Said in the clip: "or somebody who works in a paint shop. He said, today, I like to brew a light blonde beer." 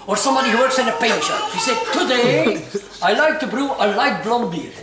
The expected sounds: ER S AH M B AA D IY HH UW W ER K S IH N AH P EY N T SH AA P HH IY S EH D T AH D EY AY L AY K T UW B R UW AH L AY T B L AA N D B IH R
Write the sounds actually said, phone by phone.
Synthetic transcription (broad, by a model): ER S AH M B AA D IY HH UW W ER K S IH N AH P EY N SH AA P HH IY S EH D T AH D EY AY L AY K T UW B R UW AH L AY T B L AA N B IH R